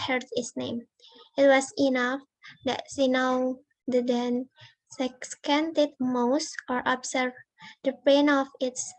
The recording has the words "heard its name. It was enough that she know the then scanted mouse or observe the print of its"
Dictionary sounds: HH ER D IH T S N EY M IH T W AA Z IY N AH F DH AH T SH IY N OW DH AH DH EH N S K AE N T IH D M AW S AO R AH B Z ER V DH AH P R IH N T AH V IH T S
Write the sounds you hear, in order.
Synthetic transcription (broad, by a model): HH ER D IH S N EY M IH T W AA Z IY N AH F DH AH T S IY N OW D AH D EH N S K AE N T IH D M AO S AO R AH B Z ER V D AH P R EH N AH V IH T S